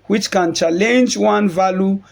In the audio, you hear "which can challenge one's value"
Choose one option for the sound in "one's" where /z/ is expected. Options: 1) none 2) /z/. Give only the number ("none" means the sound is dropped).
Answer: 1